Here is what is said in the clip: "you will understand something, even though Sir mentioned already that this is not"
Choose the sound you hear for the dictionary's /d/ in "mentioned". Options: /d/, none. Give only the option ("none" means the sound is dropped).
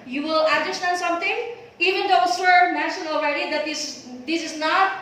none